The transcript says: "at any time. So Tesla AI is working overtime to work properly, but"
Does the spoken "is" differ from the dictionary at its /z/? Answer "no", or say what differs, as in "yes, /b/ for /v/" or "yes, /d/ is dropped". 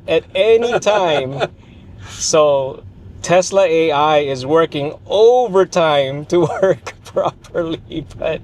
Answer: no